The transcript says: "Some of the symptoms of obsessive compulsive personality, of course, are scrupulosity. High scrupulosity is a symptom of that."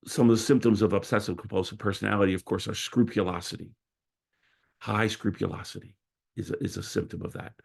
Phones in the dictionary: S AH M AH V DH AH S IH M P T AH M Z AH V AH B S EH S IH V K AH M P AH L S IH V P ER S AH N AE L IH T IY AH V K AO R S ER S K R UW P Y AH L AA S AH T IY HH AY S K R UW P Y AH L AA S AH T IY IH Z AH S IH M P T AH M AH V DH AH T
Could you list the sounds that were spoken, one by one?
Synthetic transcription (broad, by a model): S AH M AH V DH AH S IH M P T AH M Z AH V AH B S EH S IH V K M P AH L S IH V P ER S AH N AE L IH T IY AH V K AO R S ER S K R UW P Y AH L AA S AH T IY HH AY S K R UW P Y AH L AA S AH T IY IH Z AH S IH M P T AH M AH V DH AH T